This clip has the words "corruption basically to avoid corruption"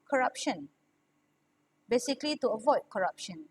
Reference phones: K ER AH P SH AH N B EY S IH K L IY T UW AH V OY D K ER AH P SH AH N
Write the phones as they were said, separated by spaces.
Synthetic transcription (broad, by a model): K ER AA P SH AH N B EY S IH K L IY T UW AH V OY D K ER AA P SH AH N